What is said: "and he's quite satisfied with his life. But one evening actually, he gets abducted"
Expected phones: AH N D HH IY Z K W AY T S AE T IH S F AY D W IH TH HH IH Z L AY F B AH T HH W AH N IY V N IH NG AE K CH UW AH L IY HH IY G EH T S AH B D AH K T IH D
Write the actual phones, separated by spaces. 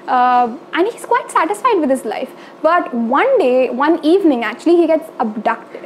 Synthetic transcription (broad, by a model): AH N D HH IY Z K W AY T S AE T IH S F AY D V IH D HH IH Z L AY F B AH T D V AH N IY V N IH NG AE K CH UW AH L IY HH IY G EH T S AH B D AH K T